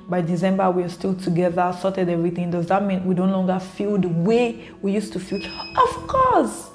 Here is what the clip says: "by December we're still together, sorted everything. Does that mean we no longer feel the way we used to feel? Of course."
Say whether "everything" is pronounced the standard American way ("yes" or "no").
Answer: yes